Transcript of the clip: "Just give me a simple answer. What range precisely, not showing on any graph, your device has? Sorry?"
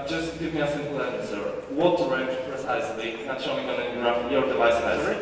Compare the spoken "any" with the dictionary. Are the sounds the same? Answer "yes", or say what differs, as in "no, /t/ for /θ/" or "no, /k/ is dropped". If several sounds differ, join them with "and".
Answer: no, /n/ is dropped